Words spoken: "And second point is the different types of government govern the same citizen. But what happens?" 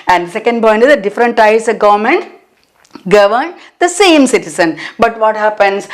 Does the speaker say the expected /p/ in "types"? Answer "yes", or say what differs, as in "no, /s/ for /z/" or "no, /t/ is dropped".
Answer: no, /p/ is dropped